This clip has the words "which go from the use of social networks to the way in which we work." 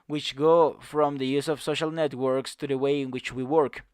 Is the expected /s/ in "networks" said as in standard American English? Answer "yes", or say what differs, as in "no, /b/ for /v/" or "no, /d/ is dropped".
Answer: yes